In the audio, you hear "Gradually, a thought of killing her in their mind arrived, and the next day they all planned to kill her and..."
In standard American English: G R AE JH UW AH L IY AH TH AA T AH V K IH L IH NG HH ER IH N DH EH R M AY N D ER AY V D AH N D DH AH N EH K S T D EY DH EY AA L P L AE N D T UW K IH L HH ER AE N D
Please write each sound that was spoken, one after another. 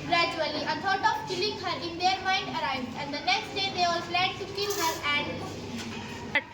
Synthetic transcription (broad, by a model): G R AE JH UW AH L IY AH T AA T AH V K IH L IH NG HH ER IH N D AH R M AY N D ER AY V D AH N D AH N EH K S T D EY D EY AA L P L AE D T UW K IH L HH ER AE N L